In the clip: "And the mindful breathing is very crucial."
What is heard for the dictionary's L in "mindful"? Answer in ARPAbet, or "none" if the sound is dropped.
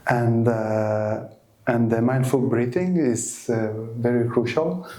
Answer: L